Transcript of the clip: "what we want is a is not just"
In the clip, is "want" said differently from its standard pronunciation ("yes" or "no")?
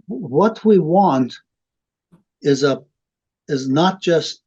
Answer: no